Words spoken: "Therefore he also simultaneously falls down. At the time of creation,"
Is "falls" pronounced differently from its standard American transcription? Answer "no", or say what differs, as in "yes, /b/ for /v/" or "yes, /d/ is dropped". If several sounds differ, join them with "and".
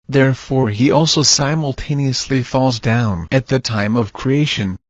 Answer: no